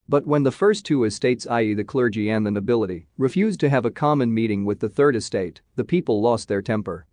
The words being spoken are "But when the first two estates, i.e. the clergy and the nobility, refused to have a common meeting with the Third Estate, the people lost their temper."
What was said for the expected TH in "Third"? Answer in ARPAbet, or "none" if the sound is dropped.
TH